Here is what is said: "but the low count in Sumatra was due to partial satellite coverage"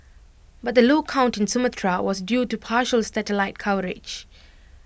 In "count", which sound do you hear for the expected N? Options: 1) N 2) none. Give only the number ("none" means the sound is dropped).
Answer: 1